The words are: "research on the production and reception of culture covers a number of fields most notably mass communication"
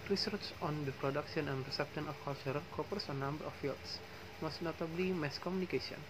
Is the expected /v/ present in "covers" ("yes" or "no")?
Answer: no